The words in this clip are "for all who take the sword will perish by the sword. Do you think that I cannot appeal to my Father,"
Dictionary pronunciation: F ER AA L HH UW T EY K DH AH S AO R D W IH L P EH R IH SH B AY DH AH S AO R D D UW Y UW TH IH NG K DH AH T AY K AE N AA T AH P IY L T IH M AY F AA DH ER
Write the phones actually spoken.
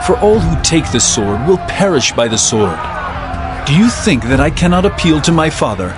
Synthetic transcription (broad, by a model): F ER AA L HH UW T EY K DH AH S AO R D W IH L P EH R IH SH B AY DH AH S AO R D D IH Y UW TH IH NG K DH AH T AY K AE N AA T AH P IY L T IH M AY F AA DH ER